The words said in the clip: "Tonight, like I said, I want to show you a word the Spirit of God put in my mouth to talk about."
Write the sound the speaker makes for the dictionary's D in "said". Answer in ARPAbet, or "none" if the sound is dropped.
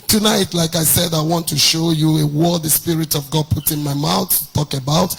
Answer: D